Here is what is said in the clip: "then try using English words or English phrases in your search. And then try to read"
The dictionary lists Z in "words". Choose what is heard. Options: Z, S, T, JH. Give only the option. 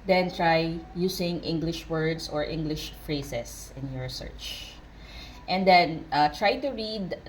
S